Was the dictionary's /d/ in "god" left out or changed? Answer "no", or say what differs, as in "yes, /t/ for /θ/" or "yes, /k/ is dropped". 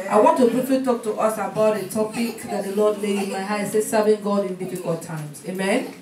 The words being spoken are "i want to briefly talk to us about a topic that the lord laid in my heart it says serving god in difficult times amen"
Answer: no